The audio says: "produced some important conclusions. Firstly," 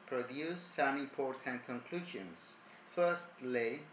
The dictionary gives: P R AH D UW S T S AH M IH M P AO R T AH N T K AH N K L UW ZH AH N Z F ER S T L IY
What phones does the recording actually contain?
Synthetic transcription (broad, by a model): P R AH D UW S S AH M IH P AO R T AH N K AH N K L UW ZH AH N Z F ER S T L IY